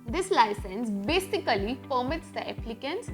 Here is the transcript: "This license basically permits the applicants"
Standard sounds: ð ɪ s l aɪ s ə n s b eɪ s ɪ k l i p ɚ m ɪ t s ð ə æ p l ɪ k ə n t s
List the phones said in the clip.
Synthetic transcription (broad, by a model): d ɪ s l aɪ s ə n s b eɪ s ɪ k l i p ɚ m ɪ t s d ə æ p l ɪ k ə n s